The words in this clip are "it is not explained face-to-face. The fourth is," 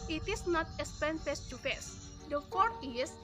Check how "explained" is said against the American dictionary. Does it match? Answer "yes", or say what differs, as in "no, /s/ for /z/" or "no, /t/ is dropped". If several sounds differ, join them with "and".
no, /l/ is dropped